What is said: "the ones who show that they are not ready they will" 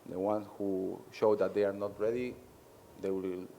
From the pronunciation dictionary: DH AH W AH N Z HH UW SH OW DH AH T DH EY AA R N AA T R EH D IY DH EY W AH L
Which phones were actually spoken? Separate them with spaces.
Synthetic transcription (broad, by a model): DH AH W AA N HH UW SH OW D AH T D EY AA R N AA T R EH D IY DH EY W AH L